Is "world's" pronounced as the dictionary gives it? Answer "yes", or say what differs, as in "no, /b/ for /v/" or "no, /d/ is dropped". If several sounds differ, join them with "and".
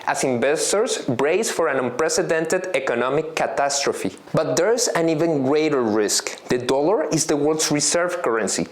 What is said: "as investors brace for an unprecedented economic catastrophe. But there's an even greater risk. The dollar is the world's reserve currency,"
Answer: no, /s/ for /z/